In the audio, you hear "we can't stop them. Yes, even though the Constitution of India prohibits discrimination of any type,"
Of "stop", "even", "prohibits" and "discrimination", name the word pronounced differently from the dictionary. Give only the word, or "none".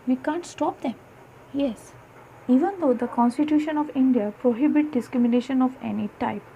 prohibits